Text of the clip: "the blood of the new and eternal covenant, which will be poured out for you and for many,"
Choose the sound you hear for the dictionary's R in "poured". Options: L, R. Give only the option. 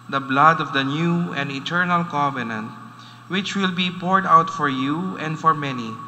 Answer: R